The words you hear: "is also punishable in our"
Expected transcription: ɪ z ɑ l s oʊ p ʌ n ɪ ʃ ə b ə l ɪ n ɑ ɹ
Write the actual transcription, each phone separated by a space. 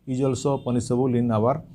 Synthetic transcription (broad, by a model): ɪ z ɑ l s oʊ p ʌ n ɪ s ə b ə l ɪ n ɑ ɹ